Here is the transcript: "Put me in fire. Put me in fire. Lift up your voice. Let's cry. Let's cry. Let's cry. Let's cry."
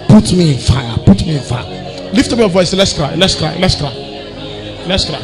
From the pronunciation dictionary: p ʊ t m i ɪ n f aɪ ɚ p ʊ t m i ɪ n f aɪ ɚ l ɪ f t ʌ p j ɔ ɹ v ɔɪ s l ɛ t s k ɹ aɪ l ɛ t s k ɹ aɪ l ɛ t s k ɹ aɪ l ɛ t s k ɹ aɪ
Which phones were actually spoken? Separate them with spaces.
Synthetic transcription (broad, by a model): p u t m i ɪ n f aɪ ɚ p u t m i ɪ n f aɪ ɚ l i f t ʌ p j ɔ v ɔɪ s l ɛ t s k ɹ aɪ l ɛ t s k ɹ aɪ l ɛ t s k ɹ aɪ l ɛ t s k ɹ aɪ